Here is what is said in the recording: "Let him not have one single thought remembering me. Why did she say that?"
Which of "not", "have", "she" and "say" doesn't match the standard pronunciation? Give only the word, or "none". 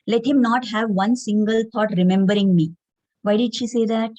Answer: none